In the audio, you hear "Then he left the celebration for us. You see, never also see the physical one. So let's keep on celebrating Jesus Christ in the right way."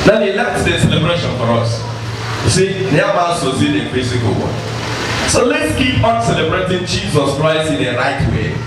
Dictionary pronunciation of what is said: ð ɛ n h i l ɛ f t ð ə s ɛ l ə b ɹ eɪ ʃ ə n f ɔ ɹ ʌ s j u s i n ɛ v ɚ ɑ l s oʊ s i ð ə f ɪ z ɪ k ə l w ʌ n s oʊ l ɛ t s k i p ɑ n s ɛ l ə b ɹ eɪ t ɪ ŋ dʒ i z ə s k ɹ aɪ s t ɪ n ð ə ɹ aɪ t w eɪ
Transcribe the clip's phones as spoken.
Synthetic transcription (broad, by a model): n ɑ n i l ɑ t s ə s ɛ l ə b ɹ eɪ ʃ ə n f ɔ ɹ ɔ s s i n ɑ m ɑ s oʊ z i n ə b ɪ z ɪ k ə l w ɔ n s oʊ l ɛ t s k i p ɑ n s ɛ l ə b ɹ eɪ t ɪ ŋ dʒ i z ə s k ɹ aɪ s t ɪ n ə ɹ aɪ t w eɪ